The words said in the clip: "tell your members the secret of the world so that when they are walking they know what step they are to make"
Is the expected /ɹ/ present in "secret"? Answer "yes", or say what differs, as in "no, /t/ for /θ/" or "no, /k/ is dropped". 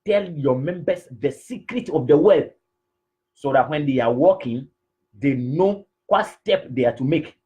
yes